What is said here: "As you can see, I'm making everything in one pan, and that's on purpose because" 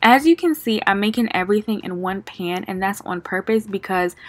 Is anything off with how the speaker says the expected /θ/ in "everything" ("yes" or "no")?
no